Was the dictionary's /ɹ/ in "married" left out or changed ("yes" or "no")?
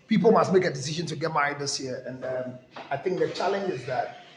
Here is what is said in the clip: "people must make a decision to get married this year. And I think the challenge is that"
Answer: yes